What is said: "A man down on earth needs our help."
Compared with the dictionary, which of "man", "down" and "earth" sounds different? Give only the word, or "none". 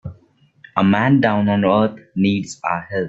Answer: earth